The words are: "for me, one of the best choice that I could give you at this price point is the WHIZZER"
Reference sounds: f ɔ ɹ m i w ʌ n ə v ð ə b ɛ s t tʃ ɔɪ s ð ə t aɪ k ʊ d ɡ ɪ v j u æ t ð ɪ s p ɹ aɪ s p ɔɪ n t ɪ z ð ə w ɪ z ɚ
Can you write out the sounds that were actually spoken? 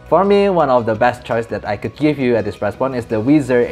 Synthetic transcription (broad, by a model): f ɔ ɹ m i w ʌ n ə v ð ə b ɛ s t tʃ ɔɪ s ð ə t aɪ k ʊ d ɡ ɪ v j u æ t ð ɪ s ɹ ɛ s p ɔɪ n ɪ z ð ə w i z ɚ